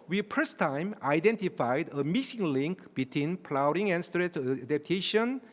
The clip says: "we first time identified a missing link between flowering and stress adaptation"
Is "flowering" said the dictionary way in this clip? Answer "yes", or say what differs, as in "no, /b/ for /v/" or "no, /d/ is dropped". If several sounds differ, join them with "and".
no, /p/ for /f/